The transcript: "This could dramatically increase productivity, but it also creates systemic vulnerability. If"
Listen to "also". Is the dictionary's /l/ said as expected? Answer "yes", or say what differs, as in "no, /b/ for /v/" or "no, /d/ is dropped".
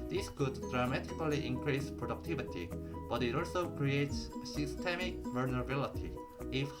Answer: no, /l/ is dropped